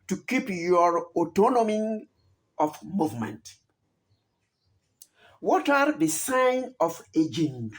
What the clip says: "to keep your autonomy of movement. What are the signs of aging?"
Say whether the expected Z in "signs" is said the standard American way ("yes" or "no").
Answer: no